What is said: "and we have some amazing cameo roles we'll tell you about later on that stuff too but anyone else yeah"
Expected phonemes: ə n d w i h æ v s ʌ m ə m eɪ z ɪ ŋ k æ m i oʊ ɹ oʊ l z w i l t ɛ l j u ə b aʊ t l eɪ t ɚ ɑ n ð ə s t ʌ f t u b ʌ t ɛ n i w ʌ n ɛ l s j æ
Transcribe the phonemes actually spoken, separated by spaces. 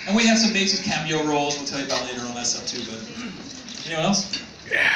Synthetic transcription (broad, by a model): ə n w i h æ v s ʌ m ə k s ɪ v k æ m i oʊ ɹ oʊ l z w i l t ɛ l j ə b aʊ t l eɪ t ɚ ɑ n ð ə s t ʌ p t u b ʌ t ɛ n i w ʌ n ɛ l s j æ